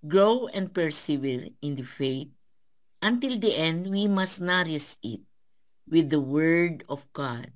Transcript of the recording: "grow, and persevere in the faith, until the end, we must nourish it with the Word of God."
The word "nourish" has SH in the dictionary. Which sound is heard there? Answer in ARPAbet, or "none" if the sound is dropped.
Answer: S